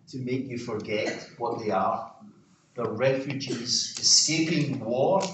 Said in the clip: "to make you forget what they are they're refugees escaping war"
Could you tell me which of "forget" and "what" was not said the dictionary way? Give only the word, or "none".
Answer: none